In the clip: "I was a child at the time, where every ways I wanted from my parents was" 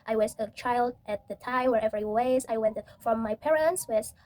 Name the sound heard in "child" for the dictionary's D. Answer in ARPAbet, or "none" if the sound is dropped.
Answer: D